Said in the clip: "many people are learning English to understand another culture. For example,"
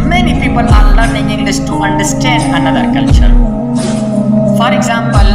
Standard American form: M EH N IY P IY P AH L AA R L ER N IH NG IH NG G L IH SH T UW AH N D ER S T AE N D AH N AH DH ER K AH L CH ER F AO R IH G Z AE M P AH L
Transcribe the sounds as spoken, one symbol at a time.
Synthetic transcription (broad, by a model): M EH N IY P IY P AH L AA R L ER N IH NG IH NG G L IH S T UW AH N D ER S T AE N D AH N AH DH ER K AH L CH ER F AO R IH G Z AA M P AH L